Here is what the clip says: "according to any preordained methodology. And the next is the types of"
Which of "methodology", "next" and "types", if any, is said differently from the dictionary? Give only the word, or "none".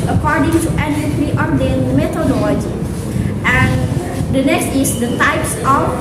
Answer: methodology